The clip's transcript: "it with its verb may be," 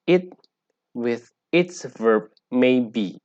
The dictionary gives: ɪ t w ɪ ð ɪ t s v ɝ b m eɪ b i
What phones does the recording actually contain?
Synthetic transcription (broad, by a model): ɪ t w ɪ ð ɪ t s v ɝ b m eɪ b i